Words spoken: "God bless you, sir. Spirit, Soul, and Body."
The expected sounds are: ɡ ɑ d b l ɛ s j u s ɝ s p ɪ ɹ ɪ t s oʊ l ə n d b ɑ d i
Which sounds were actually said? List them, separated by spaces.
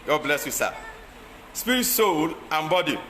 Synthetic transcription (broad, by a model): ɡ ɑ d b l ɛ s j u s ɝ s p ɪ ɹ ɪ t s oʊ l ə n b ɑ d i